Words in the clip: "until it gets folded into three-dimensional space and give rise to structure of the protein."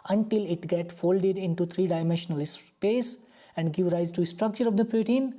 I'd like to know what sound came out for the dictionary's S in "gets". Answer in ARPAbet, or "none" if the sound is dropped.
none